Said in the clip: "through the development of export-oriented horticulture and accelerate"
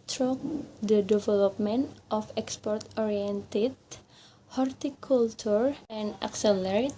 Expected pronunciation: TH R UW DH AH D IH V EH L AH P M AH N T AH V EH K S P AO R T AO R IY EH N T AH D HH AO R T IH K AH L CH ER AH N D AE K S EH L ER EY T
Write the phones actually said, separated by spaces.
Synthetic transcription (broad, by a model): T R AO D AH D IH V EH L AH P M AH N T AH F EH K S P AO R T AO R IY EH N T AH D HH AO R T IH K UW L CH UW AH N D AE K S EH L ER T